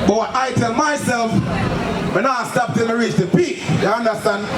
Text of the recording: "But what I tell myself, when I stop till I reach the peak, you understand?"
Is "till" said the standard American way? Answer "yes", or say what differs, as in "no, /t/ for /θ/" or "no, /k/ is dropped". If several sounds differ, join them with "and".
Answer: no, /n/ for /l/